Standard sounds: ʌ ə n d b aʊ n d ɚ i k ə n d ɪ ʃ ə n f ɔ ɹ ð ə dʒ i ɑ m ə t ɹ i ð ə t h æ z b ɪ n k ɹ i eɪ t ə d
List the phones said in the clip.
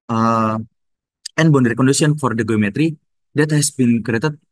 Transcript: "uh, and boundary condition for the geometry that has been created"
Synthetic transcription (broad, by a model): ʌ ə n b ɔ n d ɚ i k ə n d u s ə n f ɔ ɹ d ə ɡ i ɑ m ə t ɹ i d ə t h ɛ s b ɪ n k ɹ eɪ t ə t